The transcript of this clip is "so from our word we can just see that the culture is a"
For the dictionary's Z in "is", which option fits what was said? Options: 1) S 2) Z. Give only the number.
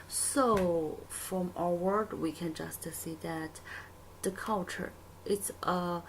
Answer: 1